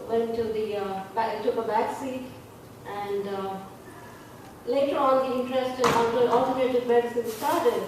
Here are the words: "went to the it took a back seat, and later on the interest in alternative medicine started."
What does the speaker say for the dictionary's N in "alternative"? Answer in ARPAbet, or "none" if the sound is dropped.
none